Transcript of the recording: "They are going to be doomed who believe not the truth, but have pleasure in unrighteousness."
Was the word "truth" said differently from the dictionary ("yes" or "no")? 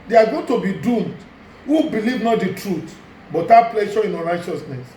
yes